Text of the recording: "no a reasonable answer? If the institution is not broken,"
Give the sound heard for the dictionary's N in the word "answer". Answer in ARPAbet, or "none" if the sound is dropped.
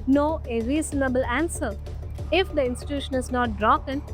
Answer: N